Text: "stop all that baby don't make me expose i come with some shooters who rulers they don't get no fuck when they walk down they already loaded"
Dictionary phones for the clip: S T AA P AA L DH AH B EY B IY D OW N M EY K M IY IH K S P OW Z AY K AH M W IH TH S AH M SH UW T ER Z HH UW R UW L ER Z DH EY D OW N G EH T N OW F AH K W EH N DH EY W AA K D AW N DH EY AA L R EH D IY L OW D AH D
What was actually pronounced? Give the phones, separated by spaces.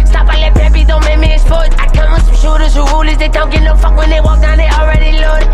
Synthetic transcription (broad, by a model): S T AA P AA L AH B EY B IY D OW N M EY K M IY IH S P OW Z AY K AH M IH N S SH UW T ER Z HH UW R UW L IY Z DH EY D OW N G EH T N OW F AH K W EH N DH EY W AA K D AW N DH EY AA L R EH D IY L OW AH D